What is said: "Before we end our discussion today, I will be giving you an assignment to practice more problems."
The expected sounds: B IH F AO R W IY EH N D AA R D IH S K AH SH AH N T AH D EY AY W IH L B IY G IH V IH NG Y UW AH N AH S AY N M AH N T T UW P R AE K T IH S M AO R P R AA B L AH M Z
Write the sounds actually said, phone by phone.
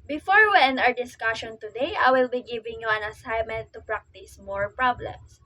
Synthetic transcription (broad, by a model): B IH F AO R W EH N AA R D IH S K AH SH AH N T AH D EY AY W IH L B IY G IH V IH NG Y UW AH N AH S AY M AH N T T UW P R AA K T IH S M AO R P R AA B L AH M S